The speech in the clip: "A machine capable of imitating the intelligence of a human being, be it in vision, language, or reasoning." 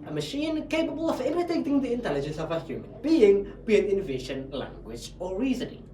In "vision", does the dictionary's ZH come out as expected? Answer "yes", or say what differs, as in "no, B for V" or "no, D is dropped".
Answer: no, SH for ZH